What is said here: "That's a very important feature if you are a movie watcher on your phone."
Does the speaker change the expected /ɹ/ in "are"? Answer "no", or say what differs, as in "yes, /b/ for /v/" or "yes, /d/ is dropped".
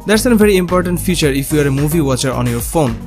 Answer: no